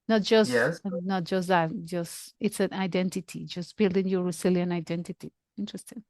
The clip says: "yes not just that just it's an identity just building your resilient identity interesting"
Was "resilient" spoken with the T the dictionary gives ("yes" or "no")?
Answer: no